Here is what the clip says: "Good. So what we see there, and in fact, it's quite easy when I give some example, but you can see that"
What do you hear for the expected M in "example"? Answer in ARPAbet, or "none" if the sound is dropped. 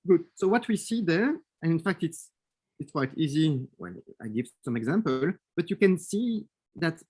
M